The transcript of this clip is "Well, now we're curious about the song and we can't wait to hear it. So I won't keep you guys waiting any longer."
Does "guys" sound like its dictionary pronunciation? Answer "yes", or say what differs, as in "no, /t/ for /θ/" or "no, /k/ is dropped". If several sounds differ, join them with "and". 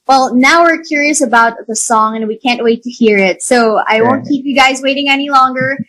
yes